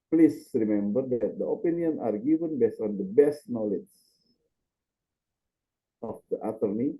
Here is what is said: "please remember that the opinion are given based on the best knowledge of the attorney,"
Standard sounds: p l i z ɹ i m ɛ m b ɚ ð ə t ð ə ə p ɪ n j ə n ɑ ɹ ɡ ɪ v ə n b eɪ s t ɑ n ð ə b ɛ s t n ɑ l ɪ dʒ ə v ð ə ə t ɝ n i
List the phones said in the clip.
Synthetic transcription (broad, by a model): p l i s ɹ i m ɛ m b ɚ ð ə t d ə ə p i n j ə n ɑ ɹ ɡ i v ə n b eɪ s ɑ n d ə b ɛ s t n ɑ l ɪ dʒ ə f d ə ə t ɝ n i